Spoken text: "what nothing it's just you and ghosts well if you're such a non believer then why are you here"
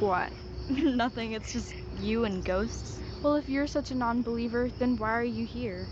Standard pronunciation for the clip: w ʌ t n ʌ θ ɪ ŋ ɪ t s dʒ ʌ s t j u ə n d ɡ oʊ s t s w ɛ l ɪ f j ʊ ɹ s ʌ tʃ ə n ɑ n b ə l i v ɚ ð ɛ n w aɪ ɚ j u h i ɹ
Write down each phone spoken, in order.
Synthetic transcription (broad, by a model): w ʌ t n ʌ θ ɪ ŋ ɪ t s dʒ ʌ s t j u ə n ɡ oʊ s t s w ɛ l ɪ f j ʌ ɹ s ʌ tʃ ə n ɑ n b ə l i v ɚ ð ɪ n w aɪ ɚ j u h i ɹ